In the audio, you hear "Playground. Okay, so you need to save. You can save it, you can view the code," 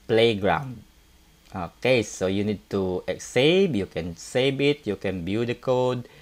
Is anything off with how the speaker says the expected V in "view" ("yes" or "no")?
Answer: yes